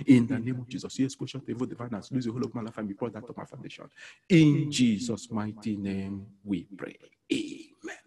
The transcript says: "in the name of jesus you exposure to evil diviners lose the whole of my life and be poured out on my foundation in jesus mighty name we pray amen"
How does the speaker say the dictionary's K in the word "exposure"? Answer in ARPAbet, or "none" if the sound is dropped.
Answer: none